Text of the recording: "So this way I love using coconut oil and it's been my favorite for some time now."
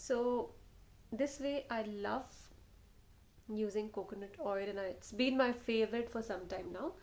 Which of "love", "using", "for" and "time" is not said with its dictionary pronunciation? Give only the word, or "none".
none